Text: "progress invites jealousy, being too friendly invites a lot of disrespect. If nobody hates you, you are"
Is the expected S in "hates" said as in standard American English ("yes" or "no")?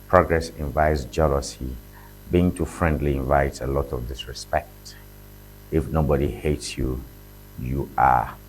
yes